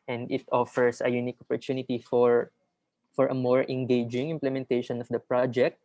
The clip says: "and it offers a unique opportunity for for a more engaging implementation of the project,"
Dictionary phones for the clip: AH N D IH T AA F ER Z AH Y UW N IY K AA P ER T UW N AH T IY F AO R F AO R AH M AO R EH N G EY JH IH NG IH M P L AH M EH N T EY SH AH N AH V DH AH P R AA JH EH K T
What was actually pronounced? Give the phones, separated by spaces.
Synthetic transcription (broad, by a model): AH N D IH T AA F ER S AH Y UW N IY K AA P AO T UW N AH T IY F AO R F AO R AH M AO R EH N G EY JH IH NG IH M P L AH M EH N T EY SH AH N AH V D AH P R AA JH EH K T